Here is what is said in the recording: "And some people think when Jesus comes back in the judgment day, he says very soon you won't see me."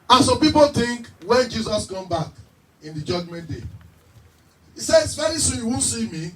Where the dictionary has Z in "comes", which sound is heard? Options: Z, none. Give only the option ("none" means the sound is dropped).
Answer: none